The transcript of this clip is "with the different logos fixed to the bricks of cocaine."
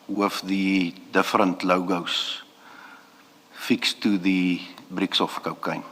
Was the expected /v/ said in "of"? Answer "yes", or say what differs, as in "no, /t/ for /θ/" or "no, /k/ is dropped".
no, /f/ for /v/